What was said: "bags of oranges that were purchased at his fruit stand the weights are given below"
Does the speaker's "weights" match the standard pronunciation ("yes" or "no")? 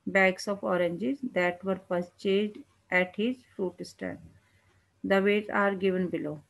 no